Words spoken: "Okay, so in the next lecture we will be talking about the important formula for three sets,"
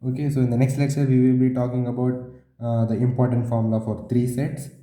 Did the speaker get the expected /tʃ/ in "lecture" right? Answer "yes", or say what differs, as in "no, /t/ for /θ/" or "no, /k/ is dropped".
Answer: no, /s/ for /tʃ/